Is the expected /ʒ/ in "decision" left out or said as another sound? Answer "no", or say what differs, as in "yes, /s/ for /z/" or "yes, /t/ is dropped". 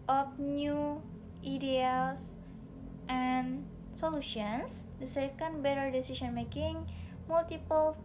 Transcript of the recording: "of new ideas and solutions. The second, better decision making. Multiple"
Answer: yes, /s/ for /ʒ/